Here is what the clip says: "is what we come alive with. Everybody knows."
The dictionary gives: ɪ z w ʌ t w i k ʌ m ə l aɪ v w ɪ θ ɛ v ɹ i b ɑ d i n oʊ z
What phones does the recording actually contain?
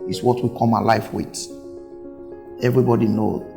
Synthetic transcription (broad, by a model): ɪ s w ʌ t w i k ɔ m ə l aɪ f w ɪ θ ɛ v ɹ i b ɑ d i n oʊ